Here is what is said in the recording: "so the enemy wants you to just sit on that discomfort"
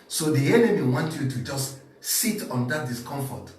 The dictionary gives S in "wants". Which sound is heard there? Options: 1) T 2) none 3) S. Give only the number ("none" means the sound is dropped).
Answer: 2